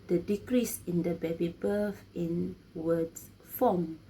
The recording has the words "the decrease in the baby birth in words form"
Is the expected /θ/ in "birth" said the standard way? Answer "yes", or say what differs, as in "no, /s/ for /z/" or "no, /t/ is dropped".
no, /f/ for /θ/